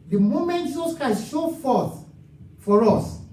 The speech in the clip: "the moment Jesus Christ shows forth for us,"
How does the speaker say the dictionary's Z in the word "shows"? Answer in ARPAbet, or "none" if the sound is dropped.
none